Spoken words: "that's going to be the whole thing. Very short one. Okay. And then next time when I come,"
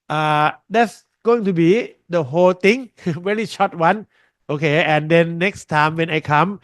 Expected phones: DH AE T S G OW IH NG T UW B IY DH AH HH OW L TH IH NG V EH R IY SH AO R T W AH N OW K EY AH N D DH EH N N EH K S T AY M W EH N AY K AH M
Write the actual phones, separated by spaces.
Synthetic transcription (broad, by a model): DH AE T S G OW IH NG T UW B IY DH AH HH OW L T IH NG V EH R IY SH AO T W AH N OW K EY AH N D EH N N EH K S T AY M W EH N AY K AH M